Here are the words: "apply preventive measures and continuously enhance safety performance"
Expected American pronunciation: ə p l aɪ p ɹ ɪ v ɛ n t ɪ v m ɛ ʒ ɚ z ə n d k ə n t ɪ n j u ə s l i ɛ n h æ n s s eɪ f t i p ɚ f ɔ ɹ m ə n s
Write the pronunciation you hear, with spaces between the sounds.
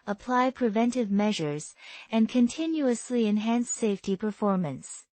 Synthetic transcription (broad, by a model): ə p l aɪ p ɹ ɪ v ɛ n t ɪ v m ɛ ʒ ɚ z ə n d k ə n t ɪ n j u ə s l i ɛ n h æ n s s eɪ f t i p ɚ f ɔ ɹ m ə n s